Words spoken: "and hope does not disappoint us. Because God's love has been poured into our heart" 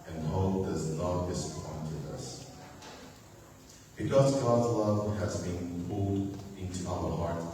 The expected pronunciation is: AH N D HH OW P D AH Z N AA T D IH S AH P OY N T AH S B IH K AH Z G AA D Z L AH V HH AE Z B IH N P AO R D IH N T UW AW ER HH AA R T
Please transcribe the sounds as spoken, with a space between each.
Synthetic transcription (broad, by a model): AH N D HH OW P D AH Z N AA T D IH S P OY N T AH S B IH K AH Z G AA D Z L AH V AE Z B IH N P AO L D IH N T UW AW ER HH AA R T